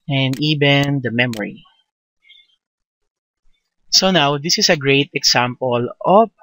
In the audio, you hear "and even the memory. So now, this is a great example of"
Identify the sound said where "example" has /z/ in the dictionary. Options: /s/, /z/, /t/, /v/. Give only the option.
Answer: /s/